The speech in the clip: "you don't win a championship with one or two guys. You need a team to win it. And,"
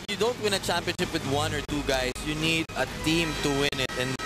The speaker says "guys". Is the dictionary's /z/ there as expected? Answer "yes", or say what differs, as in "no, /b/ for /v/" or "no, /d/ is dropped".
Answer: no, /s/ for /z/